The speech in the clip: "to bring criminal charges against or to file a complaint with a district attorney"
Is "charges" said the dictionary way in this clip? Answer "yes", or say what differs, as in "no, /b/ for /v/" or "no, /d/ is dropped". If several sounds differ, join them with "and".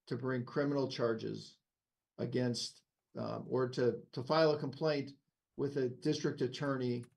yes